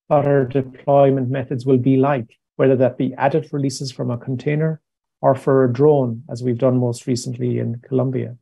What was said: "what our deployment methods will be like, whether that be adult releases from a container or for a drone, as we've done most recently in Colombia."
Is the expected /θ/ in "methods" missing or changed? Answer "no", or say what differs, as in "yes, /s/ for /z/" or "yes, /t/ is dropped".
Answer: no